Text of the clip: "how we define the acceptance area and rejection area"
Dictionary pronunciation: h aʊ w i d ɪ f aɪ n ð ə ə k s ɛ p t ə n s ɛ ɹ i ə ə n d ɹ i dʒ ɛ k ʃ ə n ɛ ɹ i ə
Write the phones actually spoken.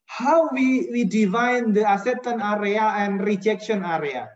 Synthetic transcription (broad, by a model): h aʊ w i d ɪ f aɪ n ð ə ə s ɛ t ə n ɑ ɹ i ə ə n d ɹ i dʒ ɛ k ʃ ə n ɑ ɹ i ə